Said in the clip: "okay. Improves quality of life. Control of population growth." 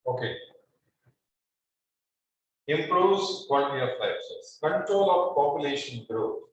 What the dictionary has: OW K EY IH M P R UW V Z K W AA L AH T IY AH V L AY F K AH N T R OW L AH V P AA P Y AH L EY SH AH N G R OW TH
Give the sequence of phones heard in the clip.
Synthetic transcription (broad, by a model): OW K EY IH M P R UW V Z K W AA N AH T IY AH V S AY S K AH N T R OW L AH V P AA P Y AH L EY SH AH N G R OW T